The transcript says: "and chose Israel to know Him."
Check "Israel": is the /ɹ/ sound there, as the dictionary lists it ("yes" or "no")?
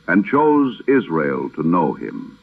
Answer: yes